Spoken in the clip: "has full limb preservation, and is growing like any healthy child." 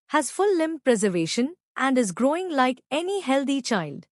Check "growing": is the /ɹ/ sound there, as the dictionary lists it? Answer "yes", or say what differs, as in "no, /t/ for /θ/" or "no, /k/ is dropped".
yes